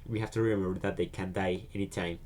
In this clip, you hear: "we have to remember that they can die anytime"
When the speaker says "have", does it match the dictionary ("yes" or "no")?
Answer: no